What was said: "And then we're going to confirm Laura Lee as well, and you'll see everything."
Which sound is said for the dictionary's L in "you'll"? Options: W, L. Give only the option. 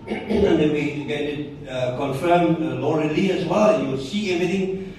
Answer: W